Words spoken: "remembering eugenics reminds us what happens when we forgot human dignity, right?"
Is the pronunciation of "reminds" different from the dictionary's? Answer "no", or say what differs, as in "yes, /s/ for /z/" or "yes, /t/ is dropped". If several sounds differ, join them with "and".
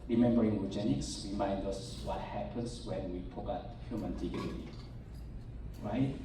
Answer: yes, /z/ is dropped